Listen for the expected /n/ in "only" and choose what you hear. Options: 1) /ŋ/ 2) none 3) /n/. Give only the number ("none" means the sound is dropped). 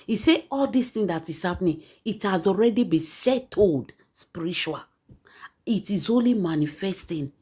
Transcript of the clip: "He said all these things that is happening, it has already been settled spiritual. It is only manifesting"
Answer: 3